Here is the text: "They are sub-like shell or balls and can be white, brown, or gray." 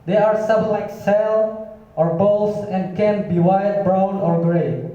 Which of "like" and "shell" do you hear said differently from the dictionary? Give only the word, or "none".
shell